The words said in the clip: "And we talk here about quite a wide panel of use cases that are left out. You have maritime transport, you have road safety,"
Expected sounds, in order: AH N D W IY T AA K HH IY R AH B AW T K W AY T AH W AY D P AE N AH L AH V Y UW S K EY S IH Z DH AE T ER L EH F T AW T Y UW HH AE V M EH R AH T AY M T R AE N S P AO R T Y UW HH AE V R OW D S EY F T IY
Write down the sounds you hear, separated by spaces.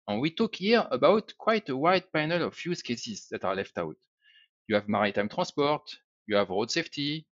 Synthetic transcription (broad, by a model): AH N W IY T AA K HH IY R AH B AW T K W AY T AH W AY D P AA N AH L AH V Y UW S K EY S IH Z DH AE T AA L EH F T AW T Y UW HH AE V M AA R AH T AY M T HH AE S P AO R T Y UW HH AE V R OW D S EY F T IY